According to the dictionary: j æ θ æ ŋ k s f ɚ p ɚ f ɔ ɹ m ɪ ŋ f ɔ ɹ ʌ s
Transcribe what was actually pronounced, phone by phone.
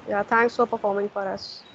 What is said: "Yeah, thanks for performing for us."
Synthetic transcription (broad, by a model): j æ t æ ŋ k s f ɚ p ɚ f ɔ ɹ m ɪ ŋ f ɔ ɹ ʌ s